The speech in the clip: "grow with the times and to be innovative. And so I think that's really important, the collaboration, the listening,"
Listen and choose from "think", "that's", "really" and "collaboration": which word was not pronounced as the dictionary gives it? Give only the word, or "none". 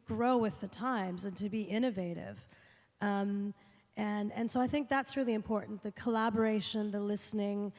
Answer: none